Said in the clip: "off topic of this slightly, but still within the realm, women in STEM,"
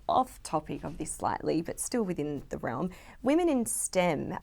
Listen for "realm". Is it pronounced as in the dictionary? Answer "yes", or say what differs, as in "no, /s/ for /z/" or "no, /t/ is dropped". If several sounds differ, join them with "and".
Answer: yes